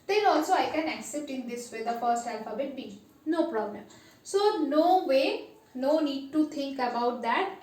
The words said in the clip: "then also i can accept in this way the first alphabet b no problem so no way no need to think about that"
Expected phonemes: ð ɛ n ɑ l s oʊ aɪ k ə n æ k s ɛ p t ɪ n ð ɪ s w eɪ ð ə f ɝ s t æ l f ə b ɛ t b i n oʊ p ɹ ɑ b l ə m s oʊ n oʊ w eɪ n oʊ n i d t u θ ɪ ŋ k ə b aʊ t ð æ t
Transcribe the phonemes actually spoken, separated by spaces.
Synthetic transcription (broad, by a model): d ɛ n ɑ l s oʊ aɪ k ə n æ k s ɛ p t ɪ n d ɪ s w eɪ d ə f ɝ s t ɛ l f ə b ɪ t b i n oʊ p ɹ ɑ b l ə m s oʊ n oʊ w eɪ n oʊ n i d t u t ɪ ŋ k ə b aʊ t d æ t